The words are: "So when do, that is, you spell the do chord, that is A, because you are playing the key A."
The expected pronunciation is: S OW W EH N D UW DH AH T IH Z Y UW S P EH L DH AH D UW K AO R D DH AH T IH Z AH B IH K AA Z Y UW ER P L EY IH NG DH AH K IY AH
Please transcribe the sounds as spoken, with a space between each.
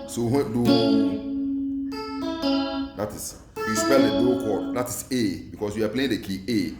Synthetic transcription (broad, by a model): S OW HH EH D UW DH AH T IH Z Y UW S P EH L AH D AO K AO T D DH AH T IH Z AH B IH K AA S Y UW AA P L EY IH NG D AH K IY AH